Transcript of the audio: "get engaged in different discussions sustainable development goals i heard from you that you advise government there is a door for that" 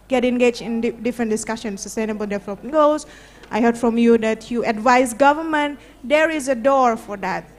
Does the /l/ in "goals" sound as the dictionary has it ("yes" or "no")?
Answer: no